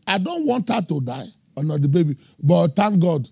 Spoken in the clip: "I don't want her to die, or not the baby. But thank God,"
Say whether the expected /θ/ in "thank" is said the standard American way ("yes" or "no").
no